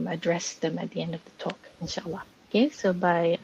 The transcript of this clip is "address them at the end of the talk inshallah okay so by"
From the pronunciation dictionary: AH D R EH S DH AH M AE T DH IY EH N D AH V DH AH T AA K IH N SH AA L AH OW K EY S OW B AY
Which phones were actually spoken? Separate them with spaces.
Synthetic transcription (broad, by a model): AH D R EH S DH AH M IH T DH IY EH N D AH V DH AH T AA K IH N SH AA L AH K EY S OW B AY